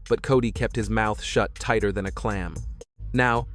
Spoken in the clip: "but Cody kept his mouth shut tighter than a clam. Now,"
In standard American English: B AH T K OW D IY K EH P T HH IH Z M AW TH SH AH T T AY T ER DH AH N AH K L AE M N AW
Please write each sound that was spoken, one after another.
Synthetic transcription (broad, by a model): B AH T K OW D IY K EH P T HH IH Z M AW TH SH AH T T AY T ER DH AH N AH K L AE M N AW